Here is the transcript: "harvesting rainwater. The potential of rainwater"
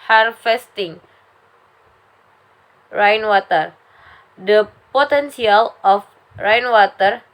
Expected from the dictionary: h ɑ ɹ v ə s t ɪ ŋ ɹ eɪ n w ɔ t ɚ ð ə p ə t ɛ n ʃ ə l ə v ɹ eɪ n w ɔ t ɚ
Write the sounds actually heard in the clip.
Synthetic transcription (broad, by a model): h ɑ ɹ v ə s t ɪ ŋ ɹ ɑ n w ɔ t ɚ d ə p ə t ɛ n s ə l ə f ɹ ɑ n w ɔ t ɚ